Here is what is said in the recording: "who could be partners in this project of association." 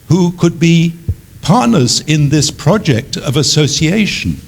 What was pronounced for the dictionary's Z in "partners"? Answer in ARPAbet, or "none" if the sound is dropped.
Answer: Z